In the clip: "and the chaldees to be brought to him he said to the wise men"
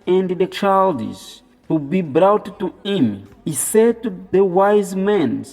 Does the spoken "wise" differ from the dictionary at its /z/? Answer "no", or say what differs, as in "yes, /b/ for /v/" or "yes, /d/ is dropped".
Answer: no